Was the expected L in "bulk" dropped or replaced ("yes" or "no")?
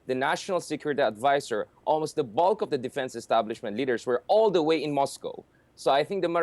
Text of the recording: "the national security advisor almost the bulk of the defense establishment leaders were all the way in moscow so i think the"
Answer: no